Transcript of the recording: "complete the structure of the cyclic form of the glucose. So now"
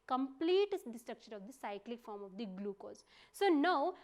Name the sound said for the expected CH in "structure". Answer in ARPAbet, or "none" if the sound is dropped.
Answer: SH